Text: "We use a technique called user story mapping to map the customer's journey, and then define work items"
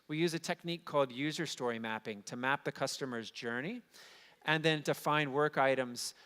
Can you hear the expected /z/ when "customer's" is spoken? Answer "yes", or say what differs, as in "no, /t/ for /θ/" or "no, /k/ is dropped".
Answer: yes